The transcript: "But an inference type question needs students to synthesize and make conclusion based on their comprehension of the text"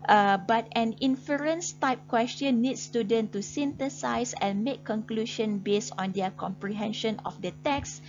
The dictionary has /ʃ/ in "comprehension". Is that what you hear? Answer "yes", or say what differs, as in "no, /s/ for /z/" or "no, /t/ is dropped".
yes